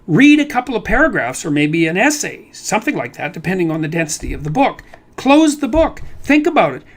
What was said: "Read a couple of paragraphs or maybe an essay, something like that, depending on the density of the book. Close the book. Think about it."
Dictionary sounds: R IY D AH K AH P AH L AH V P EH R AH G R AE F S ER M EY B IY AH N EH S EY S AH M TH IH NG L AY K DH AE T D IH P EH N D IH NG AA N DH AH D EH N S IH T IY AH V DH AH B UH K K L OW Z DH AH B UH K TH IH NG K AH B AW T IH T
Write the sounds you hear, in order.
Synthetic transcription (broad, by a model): R IY D AH K AH P L AH V P EH R AH G R AE F S ER M EY B IY AH N EH S EY S AH M TH IH NG L AY K DH AE T D IH P EH N D IH NG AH N DH AH D EH N S IH T IY AH V DH AH B UH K K L OW Z DH AH B UH K TH IH NG K AH B AW T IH T